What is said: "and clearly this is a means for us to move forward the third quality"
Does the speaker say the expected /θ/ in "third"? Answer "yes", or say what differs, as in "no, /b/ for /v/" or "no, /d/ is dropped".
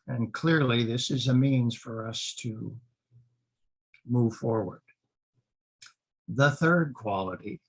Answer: yes